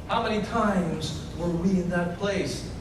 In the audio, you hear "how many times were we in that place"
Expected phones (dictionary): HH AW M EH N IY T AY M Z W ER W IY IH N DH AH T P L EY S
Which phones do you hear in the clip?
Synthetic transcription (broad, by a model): HH AW M EH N IY T AY M Z W ER W IY IH N DH AH T P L EY S